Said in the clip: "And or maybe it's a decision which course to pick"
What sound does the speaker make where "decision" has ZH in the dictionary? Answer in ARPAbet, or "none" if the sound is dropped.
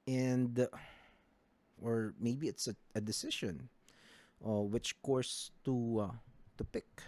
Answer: SH